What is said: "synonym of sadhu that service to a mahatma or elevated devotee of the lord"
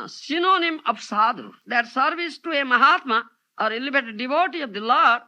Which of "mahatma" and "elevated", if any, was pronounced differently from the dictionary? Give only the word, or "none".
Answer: elevated